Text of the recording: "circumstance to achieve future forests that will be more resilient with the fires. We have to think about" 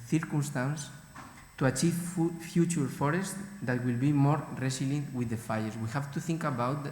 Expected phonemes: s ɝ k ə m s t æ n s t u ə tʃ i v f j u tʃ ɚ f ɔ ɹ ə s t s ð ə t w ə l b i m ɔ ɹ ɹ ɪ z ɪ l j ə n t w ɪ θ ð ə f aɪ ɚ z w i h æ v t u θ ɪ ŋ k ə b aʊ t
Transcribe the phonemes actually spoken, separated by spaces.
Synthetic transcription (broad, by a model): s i k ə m s t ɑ n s t u ə tʃ i v f j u tʃ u f ɔ ɹ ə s t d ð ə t w ə l b i m ɔ ɹ ɹ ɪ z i l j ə n t w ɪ ð ə f aɪ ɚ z w i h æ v t u θ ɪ ŋ k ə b aʊ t